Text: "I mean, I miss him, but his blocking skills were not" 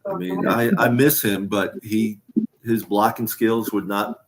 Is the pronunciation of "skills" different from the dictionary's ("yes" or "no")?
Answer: no